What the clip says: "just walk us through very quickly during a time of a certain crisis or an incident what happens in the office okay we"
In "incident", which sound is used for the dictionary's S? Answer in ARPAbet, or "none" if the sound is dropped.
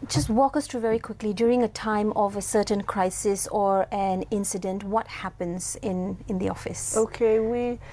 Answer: S